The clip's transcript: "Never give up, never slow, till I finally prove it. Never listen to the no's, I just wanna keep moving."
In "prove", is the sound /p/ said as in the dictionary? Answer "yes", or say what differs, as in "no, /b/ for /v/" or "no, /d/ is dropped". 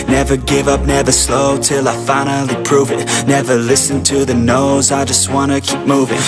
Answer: yes